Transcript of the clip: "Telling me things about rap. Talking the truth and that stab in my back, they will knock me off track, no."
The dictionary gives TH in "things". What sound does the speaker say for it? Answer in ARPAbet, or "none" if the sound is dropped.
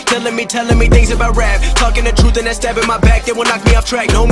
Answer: TH